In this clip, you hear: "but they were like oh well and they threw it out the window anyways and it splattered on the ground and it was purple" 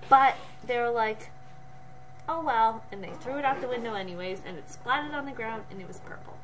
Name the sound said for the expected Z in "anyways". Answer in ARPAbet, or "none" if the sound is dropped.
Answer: Z